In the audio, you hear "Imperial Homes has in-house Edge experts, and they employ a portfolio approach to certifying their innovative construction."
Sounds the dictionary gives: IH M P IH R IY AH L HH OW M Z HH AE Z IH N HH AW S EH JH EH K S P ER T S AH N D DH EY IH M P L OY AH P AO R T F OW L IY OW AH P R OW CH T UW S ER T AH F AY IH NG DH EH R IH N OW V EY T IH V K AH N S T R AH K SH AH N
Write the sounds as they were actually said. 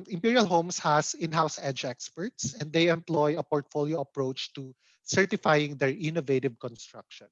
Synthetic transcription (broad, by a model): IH M P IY R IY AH L HH OW M S HH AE S IH N HH AW S EH JH EH K S P ER T S AH N D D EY IH M P L OY AH P AO R T F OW L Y OW AH P R OW CH T UW S ER T AH F AY IH NG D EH R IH N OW V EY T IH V K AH N S T R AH K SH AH N